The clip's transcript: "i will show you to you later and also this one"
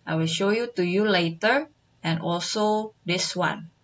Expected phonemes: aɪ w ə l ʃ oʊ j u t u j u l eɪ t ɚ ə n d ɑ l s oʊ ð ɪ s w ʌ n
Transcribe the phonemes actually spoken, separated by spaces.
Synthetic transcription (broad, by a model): aɪ w ə l ʃ oʊ j u t u j u l eɪ t ɚ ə n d ɑ l s oʊ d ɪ s w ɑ n